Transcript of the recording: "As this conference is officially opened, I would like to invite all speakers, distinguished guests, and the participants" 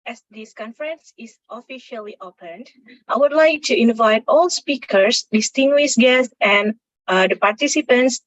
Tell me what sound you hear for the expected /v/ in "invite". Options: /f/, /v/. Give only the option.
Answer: /v/